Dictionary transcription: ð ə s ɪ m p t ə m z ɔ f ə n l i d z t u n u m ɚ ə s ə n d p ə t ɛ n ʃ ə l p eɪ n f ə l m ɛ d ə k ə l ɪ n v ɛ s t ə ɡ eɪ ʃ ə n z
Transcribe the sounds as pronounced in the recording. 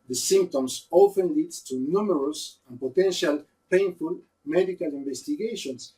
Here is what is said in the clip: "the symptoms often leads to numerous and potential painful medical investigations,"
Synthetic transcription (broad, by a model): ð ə s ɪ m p t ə m s ɔ f ə n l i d t u n u m ɚ ə s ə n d p ə t ɛ n ʃ ə l p eɪ n f ə l m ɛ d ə k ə l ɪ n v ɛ s t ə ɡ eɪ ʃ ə n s